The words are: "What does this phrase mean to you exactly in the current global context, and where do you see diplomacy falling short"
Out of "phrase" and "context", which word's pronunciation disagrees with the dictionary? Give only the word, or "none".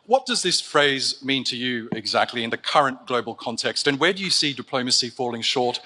none